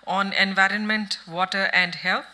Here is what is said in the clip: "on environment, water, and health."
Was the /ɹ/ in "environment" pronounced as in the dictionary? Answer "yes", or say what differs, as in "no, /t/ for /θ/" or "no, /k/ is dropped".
yes